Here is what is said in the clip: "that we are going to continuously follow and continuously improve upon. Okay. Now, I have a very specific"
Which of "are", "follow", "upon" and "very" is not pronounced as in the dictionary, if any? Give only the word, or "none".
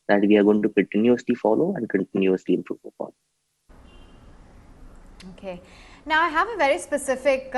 upon